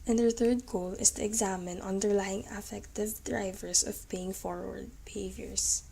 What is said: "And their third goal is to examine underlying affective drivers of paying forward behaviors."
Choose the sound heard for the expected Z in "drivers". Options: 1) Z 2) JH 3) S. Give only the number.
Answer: 3